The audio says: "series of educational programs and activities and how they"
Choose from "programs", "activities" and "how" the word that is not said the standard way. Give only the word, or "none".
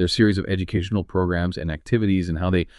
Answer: none